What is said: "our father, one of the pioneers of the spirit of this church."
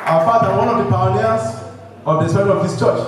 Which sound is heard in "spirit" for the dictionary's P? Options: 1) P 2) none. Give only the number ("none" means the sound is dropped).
2